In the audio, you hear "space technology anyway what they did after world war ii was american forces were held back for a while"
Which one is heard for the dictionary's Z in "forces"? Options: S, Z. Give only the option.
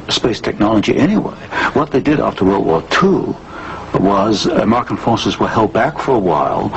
Z